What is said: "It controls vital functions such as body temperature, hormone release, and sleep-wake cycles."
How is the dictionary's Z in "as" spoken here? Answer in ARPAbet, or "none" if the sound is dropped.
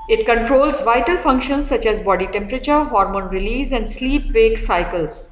Z